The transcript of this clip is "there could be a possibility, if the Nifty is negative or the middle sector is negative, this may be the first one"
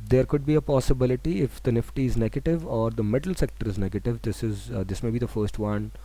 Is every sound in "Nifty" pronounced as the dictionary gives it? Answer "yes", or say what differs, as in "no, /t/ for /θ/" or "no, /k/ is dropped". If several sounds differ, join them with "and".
yes